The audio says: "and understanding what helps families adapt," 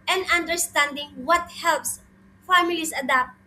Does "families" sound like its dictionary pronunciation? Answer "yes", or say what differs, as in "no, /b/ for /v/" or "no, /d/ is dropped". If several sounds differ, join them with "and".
no, /s/ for /z/